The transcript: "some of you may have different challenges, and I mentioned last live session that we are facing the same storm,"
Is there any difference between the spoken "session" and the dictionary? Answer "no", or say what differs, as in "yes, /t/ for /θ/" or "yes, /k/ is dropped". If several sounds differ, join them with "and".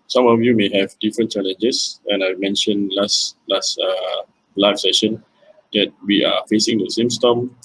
no